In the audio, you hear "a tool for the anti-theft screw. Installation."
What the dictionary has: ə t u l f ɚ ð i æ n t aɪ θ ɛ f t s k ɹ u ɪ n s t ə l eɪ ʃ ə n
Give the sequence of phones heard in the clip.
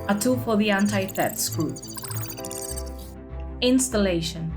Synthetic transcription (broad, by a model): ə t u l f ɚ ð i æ n t aɪ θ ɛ t s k u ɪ n s t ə l eɪ ʃ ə n